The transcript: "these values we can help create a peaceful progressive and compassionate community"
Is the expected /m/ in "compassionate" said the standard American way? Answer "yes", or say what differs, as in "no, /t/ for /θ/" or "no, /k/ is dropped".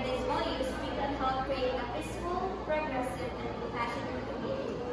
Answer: no, /m/ is dropped